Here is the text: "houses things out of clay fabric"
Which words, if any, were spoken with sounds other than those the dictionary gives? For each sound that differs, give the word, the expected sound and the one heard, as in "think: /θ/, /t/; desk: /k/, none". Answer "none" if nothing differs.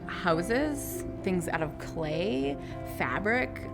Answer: none